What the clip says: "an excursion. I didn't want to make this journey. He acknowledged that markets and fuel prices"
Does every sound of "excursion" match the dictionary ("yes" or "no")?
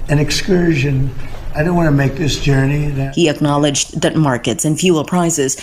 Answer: yes